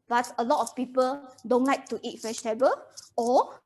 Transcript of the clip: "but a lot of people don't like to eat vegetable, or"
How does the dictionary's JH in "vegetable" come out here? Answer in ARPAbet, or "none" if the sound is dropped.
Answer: SH